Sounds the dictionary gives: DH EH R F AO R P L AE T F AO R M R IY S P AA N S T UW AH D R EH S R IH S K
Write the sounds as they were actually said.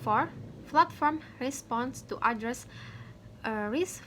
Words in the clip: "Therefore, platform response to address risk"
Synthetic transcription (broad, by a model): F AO R F L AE T F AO R M R IY S P AA N S T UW AH D R EH S R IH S